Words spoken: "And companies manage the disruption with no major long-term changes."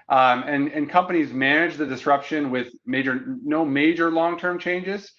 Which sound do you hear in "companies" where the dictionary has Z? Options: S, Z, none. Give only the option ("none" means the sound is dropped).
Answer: Z